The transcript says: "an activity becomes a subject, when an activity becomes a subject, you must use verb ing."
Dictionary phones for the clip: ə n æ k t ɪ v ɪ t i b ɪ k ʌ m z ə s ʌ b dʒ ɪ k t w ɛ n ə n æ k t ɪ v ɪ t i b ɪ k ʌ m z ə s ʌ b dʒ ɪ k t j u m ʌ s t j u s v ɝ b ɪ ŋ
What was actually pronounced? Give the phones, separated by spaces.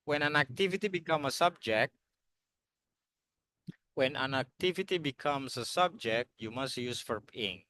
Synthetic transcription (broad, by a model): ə n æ k t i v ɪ t i b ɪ k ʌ m ə s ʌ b dʒ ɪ k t w ɛ n ə n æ k t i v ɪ t i b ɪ k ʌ m s ə s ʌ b dʒ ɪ k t j u m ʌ s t j u s f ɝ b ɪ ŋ